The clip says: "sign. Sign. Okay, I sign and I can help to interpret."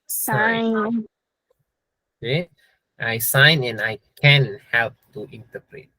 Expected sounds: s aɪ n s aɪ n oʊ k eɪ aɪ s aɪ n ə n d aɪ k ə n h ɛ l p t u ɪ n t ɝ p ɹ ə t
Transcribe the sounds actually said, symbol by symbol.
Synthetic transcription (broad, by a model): s aɪ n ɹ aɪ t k aɪ s aɪ n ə n aɪ k ə n h ɛ l p t u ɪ n t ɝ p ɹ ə t